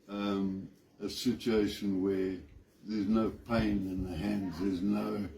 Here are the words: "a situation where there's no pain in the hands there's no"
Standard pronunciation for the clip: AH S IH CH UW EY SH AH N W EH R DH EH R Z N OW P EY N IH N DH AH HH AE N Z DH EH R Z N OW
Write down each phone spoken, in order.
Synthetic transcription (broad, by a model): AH S IH CH UW EY SH AH N W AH R DH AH R Z N OW P EY N IH N DH AH HH AE N Z DH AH R Z N OW